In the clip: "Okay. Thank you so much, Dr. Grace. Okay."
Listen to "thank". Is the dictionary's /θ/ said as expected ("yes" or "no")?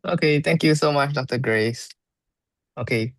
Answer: no